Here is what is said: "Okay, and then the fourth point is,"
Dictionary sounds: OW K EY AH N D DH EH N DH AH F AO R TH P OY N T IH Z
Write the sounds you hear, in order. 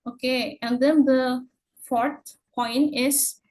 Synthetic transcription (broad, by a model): OW K EY AH N D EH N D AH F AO R T P OY N T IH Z